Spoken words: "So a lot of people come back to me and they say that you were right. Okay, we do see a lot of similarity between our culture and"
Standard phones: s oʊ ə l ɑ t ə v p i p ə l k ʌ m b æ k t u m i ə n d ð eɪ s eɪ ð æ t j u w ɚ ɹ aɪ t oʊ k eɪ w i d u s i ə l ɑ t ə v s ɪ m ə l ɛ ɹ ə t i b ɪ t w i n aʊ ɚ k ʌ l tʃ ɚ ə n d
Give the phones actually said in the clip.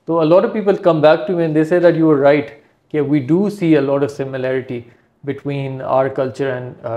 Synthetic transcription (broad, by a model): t oʊ ə l ɑ t ə v p i p ə l k ʌ m b æ k t u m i ə n d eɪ s eɪ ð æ t j u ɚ ɹ aɪ t k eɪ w i d u s i ə l ɑ t ə v s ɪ m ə l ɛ ɹ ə t i b ɪ t w i n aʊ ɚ k ʌ l tʃ ɚ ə n d